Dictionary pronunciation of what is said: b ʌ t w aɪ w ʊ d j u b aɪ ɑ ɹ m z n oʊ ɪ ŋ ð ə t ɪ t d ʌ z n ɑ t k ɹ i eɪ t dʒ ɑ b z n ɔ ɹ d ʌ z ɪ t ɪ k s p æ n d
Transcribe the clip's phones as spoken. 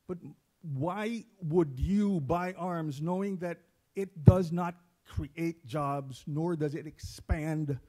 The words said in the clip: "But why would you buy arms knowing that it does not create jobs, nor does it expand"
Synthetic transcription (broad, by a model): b ʌ t w aɪ w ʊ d j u b aɪ ɑ ɹ m z n oʊ ɪ ŋ ð ə t ɪ t d ʌ z n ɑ t k ɹ i eɪ t dʒ ɑ b z n ɔ ɹ d ʌ z ɪ t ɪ k s p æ n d